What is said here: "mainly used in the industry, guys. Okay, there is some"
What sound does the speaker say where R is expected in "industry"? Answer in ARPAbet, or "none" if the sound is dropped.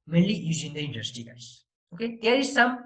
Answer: none